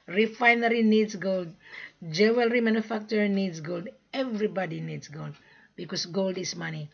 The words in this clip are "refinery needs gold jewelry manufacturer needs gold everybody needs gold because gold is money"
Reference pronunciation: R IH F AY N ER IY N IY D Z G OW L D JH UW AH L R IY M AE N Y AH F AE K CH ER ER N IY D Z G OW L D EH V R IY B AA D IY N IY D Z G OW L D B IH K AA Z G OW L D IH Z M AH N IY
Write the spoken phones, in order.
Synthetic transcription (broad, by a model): R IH F AY N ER IY N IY D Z G OW L D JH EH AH L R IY M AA N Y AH F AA K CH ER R N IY D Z G OW L D EH V R IY B AA D IY N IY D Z G OW L D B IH K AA S G OW L D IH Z M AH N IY